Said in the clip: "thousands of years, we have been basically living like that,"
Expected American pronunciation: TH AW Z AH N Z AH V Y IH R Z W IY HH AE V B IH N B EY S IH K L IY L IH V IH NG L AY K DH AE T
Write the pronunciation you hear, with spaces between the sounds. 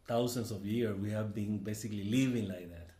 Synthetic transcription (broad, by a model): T AW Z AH N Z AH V Y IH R W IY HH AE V B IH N B EY S IH K L IY L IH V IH NG L AY K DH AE T